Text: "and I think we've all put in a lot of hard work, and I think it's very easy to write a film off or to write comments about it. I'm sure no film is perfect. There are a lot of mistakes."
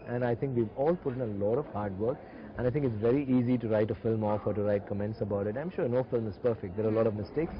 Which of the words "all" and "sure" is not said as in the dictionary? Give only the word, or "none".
none